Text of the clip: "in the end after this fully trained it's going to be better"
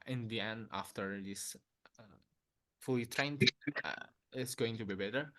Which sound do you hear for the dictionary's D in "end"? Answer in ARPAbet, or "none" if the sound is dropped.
none